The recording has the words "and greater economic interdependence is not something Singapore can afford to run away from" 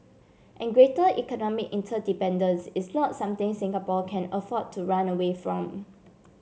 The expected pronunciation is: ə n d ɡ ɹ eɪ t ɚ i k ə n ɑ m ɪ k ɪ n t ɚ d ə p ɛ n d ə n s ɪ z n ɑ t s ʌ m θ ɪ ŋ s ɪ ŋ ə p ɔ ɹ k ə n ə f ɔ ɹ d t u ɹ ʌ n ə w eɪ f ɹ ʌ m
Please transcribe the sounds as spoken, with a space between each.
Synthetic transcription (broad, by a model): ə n ɡ ɹ eɪ t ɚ i k ə n ɑ m ɪ k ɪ n t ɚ d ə p ɛ n d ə n s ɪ s n ɑ t s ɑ m t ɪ ŋ s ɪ ŋ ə p ɔ k ə n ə f ɔ t u ɹ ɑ n ə w eɪ f ɹ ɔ m